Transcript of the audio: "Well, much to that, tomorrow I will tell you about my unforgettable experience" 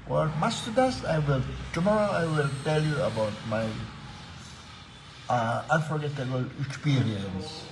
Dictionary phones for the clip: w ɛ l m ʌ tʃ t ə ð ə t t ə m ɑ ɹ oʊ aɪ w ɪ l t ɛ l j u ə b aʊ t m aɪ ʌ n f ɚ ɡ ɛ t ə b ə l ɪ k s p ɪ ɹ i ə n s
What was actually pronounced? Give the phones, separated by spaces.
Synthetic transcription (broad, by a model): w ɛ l m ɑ s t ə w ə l t ə m ɑ ɹ oʊ aɪ w ɪ l t ɛ l j u ə b aʊ t m aɪ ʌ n f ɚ ɡ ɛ t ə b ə l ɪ k s p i ɹ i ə n s